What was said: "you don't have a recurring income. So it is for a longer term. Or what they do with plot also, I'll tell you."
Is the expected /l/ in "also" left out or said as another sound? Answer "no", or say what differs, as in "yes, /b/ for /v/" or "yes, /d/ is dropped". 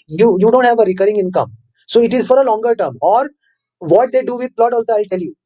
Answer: no